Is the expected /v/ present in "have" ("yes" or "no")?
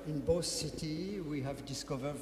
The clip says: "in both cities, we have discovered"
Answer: yes